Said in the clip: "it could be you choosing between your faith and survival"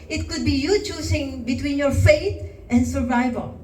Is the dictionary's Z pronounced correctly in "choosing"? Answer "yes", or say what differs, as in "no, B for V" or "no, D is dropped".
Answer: no, S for Z